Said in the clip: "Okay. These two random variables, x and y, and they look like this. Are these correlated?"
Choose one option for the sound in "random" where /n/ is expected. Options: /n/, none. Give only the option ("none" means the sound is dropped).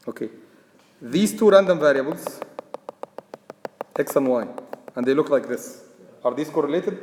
/n/